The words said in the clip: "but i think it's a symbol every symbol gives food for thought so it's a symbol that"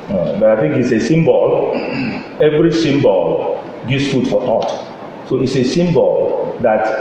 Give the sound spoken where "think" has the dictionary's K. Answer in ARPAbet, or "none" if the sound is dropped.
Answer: K